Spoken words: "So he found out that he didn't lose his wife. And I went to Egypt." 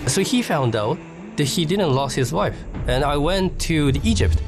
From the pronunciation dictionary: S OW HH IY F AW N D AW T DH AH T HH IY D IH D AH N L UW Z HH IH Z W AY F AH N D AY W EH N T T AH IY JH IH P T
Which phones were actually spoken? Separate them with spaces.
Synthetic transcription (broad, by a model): S OW HH IY F AW N D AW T DH AH T HH IY D IH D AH N L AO S HH IH Z W AY F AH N AY W EH N T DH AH IY JH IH P T